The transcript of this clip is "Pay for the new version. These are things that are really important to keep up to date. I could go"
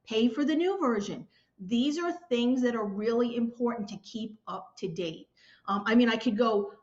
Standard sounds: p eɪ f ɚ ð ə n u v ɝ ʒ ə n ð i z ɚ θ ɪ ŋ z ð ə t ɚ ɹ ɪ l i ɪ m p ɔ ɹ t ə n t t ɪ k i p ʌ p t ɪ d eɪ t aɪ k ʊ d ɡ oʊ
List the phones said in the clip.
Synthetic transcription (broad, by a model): p eɪ f ɚ ð ə n u v ɝ ʒ ə n ð i z ɚ θ ɪ ŋ z ð ə t ɚ ɹ ɪ l i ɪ m p ɔ ɹ t n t t ɪ k i p ʌ p t ɪ d eɪ t aɪ k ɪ d ɡ oʊ